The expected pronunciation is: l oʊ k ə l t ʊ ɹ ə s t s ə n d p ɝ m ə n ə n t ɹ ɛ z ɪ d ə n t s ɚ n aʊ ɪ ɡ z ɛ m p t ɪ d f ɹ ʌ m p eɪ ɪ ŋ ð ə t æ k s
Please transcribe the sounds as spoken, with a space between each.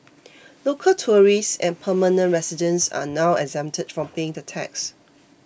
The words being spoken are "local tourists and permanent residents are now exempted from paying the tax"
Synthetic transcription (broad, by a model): l oʊ k ə l t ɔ ɹ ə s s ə n p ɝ m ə n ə n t ɹ ɛ s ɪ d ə n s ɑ n aʊ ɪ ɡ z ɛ m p t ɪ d f ɹ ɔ m p eɪ ɪ ŋ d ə t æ k s